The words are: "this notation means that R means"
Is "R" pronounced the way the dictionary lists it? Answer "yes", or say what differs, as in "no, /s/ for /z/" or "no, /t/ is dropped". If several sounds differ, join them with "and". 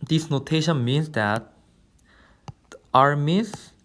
yes